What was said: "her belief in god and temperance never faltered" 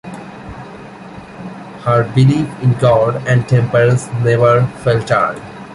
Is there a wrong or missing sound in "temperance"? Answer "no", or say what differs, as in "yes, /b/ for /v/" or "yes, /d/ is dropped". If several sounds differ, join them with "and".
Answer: yes, /ɹ/ is dropped